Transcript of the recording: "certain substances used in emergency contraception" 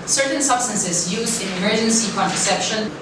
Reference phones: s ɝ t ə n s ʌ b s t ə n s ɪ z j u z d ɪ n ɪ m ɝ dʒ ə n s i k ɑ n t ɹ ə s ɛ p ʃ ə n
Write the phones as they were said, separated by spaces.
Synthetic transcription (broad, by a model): s ɝ t n s ʌ b s t ə n s ɪ z j u z d ɪ n ɪ m ɝ dʒ ə n s i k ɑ n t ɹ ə s ɛ p ʃ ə n